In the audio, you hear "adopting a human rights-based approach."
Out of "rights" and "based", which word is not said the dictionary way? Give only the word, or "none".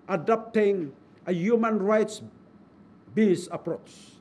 based